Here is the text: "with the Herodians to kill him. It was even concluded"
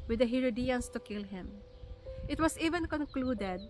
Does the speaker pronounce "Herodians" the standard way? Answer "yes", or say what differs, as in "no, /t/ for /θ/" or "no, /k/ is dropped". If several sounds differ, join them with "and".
no, /s/ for /z/